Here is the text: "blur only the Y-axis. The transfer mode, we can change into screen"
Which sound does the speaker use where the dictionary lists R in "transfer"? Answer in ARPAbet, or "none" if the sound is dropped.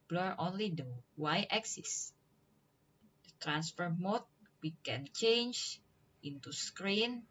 R